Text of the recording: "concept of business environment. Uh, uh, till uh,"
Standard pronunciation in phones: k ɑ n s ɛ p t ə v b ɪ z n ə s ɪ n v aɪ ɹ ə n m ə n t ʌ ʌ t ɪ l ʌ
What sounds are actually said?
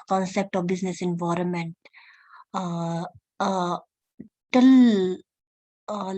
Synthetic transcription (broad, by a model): k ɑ n s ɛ p t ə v b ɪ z n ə s ɪ n v aɪ ɹ ə n m ə n t t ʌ l